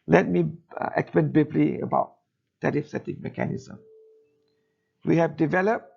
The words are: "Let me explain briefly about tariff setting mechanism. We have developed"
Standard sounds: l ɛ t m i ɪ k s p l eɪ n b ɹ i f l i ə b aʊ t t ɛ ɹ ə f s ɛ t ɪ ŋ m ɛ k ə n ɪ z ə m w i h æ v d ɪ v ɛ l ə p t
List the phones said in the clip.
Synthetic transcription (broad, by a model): l ɛ t m i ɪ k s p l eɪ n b i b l i ə b aʊ t t ɛ ɹ ə f s ɛ t ɪ ŋ m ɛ k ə n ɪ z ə m w i h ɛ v d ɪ v ɛ l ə p